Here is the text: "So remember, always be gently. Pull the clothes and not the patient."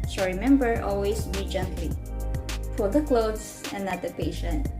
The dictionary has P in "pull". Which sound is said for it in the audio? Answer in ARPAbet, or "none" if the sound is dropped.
F